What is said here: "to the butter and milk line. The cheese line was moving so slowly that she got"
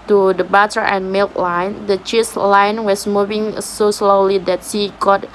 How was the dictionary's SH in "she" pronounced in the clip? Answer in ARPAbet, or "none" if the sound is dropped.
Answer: S